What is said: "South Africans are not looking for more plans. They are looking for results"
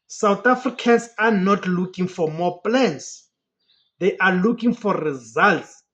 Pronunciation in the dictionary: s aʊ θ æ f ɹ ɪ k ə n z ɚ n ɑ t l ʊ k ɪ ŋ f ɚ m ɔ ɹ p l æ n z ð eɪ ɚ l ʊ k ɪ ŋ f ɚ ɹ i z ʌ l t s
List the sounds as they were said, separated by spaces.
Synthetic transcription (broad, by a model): s aʊ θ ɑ f ɹ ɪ k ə n s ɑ n ɑ t l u k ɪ ŋ f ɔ m ɔ p l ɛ n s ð eɪ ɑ l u k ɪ ŋ f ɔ ɹ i z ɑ l t s